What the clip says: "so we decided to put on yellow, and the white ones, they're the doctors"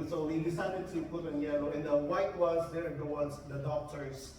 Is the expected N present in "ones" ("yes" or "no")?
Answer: no